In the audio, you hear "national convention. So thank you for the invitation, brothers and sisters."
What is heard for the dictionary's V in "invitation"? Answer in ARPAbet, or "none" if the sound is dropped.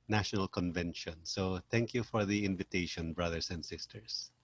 V